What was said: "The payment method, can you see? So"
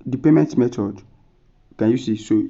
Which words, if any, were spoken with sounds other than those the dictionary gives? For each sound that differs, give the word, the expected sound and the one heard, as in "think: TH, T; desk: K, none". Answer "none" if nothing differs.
method: TH, T